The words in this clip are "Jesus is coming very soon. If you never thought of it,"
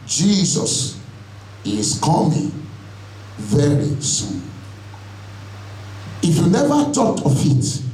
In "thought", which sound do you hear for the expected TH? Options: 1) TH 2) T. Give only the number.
2